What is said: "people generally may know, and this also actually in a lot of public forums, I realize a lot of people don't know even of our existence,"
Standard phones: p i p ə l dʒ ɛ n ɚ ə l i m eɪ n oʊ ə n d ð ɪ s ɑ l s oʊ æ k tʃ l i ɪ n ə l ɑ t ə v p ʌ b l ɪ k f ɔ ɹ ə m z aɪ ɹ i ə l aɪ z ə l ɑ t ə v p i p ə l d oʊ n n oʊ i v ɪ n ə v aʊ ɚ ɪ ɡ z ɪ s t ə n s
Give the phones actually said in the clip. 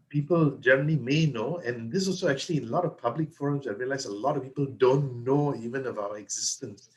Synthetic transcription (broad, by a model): p i p ə l dʒ ɛ n ɚ ə l i m eɪ n oʊ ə n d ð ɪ s ɑ l s oʊ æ k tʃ i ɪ l ə l ɑ t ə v p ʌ b l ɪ k f ɔ ɹ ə m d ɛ ɹ i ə l aɪ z ə l ɑ t ə v p i p ə l d oʊ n n oʊ i v ɪ n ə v aʊ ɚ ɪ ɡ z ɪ s t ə n s